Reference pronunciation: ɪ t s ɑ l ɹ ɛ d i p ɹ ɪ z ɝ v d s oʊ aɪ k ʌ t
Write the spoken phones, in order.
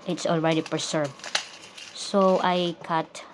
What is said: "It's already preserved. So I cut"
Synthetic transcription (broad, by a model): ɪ t s ɑ l ɹ ɛ d i p ɹ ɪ s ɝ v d s oʊ aɪ k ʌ t